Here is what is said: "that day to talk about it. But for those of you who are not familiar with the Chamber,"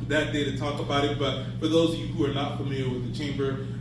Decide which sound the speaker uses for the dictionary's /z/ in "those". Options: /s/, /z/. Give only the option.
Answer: /z/